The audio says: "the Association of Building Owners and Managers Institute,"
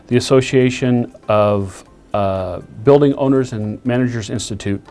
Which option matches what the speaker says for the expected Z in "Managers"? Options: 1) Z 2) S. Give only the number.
1